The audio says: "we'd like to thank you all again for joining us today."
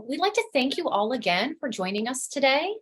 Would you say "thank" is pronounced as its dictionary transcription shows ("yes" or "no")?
yes